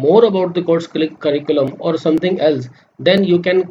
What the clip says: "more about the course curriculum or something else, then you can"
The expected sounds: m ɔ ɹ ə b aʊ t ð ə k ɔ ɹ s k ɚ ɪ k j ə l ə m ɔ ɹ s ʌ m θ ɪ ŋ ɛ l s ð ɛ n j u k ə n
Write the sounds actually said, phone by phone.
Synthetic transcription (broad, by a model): m ɔ ɹ ə b aʊ t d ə k ɔ ɹ s k ɚ ɪ k j ə l ə m ɔ ɹ s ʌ m t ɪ ŋ ɛ l s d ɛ n j u k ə n